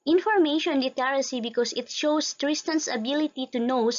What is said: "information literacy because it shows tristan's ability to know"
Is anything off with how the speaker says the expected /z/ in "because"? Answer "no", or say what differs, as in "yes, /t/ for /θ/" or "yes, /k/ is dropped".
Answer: yes, /s/ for /z/